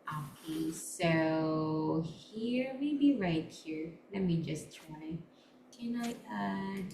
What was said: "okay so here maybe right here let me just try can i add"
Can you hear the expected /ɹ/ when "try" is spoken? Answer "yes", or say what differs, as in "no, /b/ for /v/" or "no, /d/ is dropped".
no, /ɹ/ is dropped